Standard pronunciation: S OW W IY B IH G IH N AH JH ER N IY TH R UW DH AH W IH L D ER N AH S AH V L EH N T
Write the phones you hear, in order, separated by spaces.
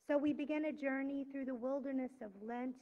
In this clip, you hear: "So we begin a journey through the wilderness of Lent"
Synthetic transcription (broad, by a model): S OW W IY B IH G IH N AH JH ER N IY TH R UW DH AH W IH L D ER N AH S AH V L EH N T